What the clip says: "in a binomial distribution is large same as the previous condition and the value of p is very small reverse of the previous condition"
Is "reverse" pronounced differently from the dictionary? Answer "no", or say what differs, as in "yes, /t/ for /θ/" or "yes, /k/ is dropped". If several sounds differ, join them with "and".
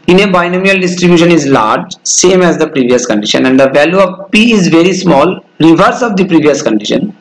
no